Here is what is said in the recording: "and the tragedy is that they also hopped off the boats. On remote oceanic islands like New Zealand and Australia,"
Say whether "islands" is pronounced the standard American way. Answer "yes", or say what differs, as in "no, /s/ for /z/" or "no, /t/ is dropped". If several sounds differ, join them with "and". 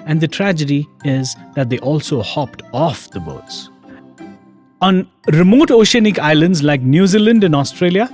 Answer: yes